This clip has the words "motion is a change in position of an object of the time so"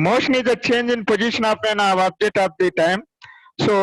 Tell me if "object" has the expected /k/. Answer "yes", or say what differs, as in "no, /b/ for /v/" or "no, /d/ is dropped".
no, /k/ is dropped